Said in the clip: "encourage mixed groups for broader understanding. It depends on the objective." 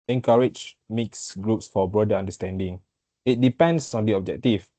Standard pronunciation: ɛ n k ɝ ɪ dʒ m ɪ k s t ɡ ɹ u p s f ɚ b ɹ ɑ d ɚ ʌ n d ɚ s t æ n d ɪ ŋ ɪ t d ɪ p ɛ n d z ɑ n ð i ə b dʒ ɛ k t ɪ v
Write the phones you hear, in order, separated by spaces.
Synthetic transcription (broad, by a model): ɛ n k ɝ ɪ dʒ m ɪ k s ɡ ɹ u p s f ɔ b ɹ ɑ d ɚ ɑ n d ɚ s t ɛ n d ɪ ŋ ɪ t d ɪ p ɛ n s ɑ n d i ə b dʒ ɛ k t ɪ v